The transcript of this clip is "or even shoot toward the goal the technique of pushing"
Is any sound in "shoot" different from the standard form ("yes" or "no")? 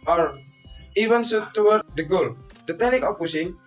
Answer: yes